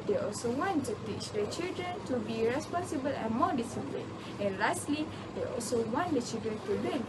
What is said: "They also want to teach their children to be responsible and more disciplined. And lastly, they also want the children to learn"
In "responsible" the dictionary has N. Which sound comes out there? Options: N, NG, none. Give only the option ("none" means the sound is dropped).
N